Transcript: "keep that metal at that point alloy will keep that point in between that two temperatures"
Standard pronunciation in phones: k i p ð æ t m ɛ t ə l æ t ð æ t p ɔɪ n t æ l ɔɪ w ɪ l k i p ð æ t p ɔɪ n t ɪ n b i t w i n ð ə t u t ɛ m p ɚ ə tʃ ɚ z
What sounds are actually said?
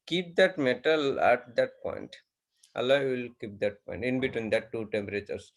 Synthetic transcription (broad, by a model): k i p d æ t m ɛ t ə l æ t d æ t p ɔɪ n t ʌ l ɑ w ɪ l k i p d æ t p ɔɪ n t ɪ n b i t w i n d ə t u t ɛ m p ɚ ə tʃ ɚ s